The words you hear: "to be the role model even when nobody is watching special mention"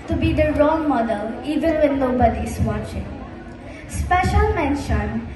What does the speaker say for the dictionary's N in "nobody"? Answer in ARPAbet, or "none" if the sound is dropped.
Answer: L